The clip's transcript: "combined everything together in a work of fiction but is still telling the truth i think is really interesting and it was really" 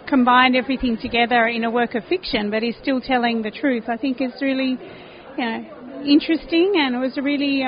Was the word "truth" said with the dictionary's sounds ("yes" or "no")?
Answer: yes